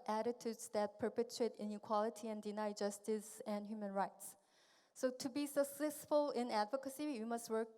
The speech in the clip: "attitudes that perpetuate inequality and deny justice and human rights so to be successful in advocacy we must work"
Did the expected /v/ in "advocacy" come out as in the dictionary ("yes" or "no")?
yes